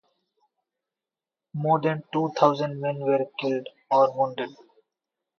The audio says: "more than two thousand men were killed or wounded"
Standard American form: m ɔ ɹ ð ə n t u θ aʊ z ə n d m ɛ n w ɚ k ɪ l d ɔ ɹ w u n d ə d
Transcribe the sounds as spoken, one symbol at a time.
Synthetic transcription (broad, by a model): m ɔ ɹ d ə n t u t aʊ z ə n d m ɛ n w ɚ k ɪ l d ɔ ɹ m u n d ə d